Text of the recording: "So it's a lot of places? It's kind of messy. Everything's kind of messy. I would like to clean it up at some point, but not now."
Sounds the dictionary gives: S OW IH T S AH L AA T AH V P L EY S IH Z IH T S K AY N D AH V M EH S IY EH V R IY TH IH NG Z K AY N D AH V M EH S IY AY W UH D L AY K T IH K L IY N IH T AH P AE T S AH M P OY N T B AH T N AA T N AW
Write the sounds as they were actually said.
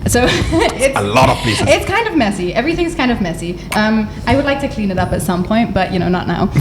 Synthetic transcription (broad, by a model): S OW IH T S AH L AA T AH V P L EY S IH IH T S K AY N D AH V M EH S IY EH V R IY TH IH NG Z K AY N D AH V M EH S IY AY W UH D L AY K T IH K L IY N IH T AH P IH T S AH M P OY N T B AH T N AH T N AW